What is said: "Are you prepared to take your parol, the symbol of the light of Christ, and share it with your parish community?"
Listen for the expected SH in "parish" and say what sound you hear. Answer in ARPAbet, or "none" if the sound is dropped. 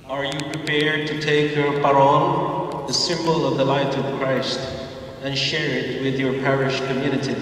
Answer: SH